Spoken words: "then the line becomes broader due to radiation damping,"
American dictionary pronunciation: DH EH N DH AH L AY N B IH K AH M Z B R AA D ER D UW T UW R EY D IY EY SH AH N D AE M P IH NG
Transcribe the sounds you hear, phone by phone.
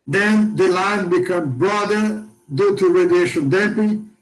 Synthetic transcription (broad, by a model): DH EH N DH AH L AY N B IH K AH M B R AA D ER D UW T UW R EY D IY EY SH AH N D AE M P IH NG